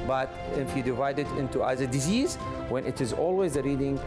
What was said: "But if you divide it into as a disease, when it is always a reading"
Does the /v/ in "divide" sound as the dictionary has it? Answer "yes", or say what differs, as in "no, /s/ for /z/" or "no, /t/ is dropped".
yes